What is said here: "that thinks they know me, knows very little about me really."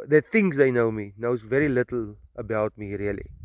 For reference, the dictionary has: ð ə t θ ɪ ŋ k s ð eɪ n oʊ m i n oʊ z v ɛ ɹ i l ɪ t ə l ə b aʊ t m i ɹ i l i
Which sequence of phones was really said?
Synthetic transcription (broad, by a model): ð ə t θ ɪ ŋ s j n oʊ m i n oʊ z v ɛ ɹ i l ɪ t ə l ə b aʊ t m i ɹ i l i